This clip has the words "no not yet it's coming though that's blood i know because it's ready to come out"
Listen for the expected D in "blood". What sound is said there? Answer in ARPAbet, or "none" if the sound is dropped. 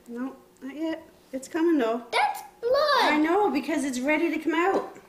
none